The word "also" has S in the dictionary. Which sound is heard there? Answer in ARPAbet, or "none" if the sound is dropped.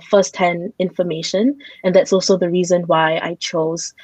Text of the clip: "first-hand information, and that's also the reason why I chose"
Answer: S